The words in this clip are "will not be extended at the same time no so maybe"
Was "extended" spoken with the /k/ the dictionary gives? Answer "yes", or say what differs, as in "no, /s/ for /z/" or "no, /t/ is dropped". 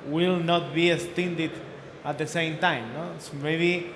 no, /k/ is dropped